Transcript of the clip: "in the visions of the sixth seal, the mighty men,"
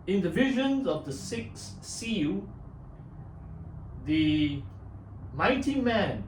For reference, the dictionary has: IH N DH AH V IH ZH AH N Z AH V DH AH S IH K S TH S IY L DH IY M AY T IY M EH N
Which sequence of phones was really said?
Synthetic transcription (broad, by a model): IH N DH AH V IH ZH AH N Z AH V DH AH S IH K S S IY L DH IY M AY T IY M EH N